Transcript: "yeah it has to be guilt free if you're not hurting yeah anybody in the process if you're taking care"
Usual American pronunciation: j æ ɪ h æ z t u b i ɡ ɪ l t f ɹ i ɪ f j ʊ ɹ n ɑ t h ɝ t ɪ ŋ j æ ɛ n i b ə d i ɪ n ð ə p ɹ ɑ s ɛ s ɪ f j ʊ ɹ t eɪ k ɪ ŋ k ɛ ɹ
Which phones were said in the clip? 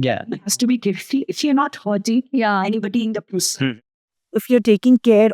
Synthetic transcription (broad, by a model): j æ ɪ h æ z t u b i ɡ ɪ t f i ɪ f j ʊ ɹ n ɑ t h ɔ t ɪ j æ ɛ n i b ə d i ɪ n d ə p u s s ɪ f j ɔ ɹ t eɪ k ɪ ŋ k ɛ ɹ